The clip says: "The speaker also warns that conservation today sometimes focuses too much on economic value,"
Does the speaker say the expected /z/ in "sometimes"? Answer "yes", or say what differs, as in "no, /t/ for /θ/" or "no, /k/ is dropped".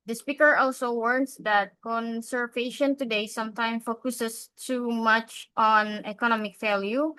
no, /z/ is dropped